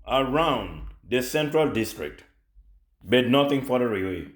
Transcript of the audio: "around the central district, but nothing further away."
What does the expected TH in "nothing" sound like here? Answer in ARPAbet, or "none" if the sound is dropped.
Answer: T